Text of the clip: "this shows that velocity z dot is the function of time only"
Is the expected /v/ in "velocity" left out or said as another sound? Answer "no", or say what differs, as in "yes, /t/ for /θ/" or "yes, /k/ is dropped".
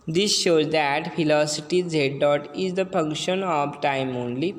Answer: yes, /f/ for /v/